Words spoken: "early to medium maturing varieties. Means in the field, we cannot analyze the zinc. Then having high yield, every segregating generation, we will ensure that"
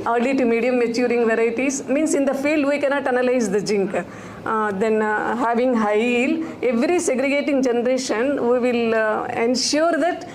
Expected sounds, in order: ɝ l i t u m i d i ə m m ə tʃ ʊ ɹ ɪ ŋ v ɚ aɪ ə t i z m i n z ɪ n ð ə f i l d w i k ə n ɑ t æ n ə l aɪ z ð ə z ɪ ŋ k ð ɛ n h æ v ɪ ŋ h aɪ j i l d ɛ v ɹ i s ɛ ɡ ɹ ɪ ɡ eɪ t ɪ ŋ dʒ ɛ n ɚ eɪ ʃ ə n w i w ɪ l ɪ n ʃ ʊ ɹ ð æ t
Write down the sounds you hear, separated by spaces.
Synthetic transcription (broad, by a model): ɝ l i t u m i d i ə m m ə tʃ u ɹ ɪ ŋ v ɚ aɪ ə t i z m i n s ɪ n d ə f i l d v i k ə n ɑ t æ n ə l aɪ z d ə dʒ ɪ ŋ k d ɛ n h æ v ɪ ŋ h aɪ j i l ɛ v ɹ i s ɛ ɡ ɹ ɪ ɡ eɪ t ɪ ŋ dʒ ɛ n ɚ eɪ ʃ ə n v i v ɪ l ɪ n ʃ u ɹ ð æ t